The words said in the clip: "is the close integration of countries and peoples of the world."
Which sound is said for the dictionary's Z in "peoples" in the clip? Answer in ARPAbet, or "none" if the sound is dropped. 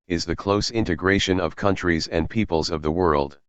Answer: Z